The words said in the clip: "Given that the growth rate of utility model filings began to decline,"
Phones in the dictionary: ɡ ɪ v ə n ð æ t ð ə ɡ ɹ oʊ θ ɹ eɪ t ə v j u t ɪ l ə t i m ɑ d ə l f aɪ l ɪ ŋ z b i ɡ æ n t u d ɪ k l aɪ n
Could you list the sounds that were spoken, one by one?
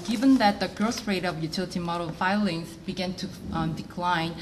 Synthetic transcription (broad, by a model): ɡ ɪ v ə n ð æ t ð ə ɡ ɹ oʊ s ɹ eɪ t ə v j u t ɪ l ə t i m ɑ d ə l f aɪ l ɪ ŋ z b i ɡ æ n t u d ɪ k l aɪ n